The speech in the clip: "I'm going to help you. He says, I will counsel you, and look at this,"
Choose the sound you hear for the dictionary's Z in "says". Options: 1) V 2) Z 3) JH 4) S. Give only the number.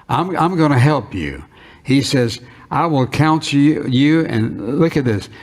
2